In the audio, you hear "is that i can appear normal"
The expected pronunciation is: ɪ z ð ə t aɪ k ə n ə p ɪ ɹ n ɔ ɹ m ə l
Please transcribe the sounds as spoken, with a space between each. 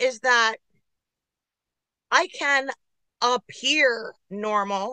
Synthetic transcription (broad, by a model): ɪ z ð ə t aɪ k ə n ə p ɪ ɹ n ɔ ɹ m l